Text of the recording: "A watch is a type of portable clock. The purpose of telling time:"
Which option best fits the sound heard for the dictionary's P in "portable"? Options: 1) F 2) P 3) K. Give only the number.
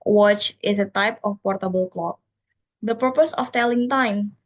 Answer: 2